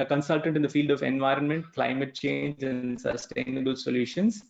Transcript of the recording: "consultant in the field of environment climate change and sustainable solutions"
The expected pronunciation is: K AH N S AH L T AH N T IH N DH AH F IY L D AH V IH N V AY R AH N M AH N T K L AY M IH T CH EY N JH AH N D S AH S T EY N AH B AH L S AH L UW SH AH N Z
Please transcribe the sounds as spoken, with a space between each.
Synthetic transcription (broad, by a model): K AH N S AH L T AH N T IH N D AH F IY L D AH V IH N V AY R AH N M AH N T K L AY M IH T CH EY N JH AH N D S AH S T EY N AH B AH L S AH L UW SH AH N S